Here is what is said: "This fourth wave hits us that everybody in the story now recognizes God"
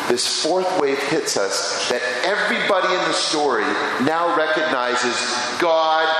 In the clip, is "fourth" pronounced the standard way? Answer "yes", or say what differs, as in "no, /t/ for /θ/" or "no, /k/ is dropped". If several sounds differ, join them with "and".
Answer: yes